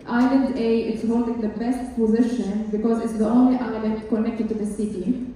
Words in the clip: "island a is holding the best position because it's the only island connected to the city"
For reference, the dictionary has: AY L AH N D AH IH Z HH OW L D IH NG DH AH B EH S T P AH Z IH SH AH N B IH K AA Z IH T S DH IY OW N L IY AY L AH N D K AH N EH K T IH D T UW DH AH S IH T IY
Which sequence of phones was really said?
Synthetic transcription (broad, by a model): AY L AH N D AH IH S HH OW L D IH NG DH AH B EH S T P AH Z IH SH AH N B IH K AA Z IH T S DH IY OW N L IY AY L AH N K AH N EH K T IH D T UW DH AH S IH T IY